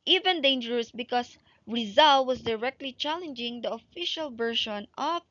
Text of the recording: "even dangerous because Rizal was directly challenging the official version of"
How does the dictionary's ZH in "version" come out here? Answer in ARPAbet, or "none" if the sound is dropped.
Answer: SH